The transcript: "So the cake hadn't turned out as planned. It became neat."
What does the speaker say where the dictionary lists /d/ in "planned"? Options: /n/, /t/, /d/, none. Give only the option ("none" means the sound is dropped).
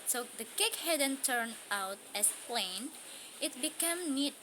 none